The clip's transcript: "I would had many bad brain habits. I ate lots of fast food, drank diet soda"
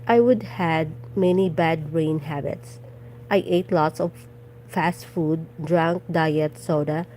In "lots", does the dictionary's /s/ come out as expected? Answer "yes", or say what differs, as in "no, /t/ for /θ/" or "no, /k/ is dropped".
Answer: yes